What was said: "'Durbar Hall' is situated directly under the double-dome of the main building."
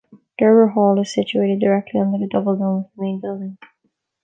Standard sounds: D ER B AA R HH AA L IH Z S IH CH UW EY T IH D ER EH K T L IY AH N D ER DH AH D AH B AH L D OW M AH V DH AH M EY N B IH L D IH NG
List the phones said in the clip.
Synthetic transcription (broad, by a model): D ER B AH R HH AA L IH Z S IH CH UW EY T IH D ER EH K T L IY AH N D ER DH AH D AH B L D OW AH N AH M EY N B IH L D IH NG